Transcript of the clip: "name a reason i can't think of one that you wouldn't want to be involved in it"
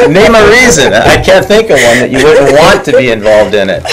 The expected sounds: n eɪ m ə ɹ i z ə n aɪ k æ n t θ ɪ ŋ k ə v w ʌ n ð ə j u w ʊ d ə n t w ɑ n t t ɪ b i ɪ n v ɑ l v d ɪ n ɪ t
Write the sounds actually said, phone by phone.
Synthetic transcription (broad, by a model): n eɪ m ə ɹ i z ə n aɪ k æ n θ ɪ ŋ k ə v w ʌ n ð ə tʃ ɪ w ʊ d n t w ɑ n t t ɪ b i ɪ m v ɑ l v d ɪ n ɪ t